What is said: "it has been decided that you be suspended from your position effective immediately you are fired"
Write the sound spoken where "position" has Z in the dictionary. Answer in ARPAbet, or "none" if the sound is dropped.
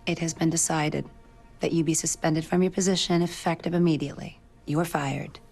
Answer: Z